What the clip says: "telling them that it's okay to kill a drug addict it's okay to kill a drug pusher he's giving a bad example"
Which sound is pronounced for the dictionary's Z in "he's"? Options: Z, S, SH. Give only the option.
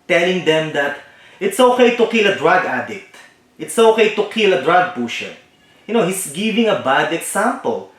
S